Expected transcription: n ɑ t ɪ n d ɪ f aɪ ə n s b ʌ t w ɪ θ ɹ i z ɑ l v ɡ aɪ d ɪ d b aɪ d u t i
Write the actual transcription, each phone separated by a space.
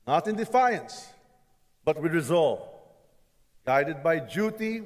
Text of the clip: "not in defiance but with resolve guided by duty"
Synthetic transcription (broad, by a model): n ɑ t ɪ n d ɪ f aɪ ə n s b ʌ t w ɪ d ɹ i z ɑ l v ɡ aɪ d ɪ d b aɪ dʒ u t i